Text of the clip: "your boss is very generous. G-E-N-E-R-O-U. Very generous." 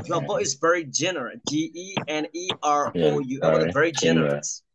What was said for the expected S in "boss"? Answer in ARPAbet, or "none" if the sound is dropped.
none